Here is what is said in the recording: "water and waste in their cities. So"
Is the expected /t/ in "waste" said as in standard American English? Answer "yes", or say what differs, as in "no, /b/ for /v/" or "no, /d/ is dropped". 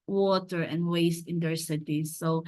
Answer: yes